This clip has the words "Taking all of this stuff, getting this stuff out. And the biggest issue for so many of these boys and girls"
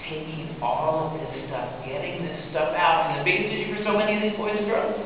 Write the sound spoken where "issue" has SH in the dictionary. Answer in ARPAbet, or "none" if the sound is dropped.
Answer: none